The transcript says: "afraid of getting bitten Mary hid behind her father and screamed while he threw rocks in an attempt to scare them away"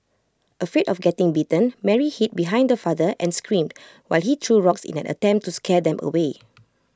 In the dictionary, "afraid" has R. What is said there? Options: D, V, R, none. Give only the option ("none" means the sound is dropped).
none